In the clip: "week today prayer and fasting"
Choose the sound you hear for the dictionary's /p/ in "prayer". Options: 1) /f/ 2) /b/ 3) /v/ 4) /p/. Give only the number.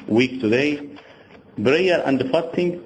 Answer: 2